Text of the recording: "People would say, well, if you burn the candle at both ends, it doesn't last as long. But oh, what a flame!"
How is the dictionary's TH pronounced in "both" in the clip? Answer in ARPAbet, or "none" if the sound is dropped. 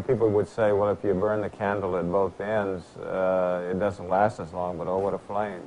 TH